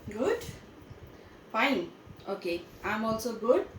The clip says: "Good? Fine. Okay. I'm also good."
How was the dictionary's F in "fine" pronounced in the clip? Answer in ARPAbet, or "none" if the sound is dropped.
P